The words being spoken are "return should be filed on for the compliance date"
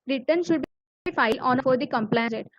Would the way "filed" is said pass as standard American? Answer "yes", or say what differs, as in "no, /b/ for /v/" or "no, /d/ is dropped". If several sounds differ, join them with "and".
no, /d/ is dropped